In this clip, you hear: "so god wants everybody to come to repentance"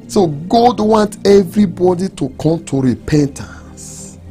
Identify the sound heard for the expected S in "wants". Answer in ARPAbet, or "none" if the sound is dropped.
none